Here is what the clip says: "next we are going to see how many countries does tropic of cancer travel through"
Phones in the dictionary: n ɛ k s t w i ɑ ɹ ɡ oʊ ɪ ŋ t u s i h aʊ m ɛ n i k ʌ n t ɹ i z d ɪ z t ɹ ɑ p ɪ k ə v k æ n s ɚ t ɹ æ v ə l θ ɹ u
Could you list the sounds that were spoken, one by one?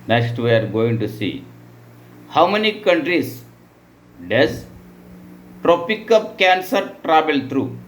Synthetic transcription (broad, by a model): n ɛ k s t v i ɑ ɹ ɡ oʊ ɪ ŋ t u s i h aʊ m ɛ n i k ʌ n t ɹ i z d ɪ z t ɹ ɑ p ɪ k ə p k æ n s ɚ t ɹ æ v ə l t ɹ u